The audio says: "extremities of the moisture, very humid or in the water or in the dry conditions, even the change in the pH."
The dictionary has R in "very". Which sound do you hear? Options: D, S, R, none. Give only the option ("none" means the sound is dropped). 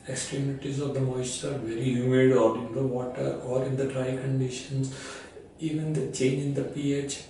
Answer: R